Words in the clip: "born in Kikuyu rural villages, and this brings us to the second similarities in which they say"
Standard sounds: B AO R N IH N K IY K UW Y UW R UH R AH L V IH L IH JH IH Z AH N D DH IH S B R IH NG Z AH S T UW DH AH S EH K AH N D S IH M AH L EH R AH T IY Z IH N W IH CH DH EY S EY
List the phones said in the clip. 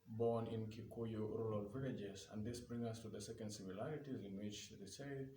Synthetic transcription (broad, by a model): B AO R N IH N K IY K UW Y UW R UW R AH L V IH L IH JH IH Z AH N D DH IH S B R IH NG AH S T UW DH AH S EH K AH N D S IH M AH L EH R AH T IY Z IH N W IH CH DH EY S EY